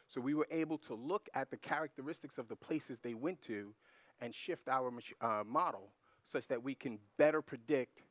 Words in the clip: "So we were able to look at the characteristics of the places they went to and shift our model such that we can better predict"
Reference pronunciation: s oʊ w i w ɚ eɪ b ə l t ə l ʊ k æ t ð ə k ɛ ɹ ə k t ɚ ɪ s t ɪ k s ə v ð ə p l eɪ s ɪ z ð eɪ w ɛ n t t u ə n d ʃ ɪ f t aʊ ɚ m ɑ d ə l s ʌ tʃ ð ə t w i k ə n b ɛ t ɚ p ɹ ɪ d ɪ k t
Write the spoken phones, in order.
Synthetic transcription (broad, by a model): s oʊ w i w ɚ eɪ b l t ə l ʊ k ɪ t ð ə k ɛ ɹ ə k t ɚ ɪ s t ɪ k s ə v ð ə p l eɪ s ɪ z ð eɪ w ɛ n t t u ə n ʃ ɪ f t aʊ ɚ m ɑ d l s ʌ tʃ ð ə t w i k ə n b ɛ t ɚ p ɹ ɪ d ɪ k t